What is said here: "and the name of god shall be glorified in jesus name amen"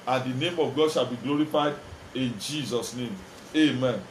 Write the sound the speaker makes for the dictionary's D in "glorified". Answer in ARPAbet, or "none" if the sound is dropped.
D